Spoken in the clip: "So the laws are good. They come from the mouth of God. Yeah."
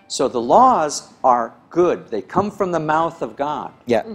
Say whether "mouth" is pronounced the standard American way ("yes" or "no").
yes